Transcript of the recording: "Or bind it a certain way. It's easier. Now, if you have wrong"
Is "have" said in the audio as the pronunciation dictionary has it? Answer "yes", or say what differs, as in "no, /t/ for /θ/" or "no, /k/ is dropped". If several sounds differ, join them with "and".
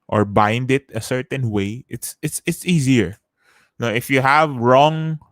yes